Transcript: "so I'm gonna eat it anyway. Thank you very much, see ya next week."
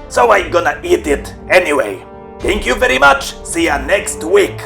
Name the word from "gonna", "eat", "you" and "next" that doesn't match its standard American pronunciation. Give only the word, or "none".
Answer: none